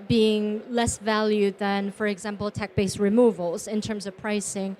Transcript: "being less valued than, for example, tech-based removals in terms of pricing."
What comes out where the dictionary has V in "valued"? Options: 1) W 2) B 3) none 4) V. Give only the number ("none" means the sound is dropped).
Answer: 4